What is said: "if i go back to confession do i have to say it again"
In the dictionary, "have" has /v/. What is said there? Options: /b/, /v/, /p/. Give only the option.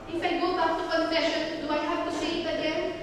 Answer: /b/